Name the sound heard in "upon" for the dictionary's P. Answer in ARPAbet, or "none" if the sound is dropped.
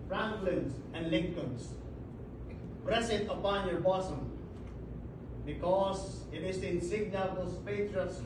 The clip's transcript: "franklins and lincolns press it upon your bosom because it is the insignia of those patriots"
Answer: P